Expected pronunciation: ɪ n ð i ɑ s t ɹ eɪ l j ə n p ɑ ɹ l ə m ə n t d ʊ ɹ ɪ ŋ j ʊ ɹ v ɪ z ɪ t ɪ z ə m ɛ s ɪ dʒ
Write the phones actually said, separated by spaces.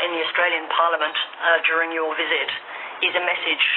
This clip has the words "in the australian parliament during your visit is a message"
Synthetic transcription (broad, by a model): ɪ n ð i ɑ s t ɹ eɪ l j ə n p ɑ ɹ l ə m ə n t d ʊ ɹ ɪ ŋ j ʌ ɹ v ɪ z ɪ t ɪ z ə m ɛ s ɪ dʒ